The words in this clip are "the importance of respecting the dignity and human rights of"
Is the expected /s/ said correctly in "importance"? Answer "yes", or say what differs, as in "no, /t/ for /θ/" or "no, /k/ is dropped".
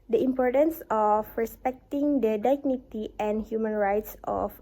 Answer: yes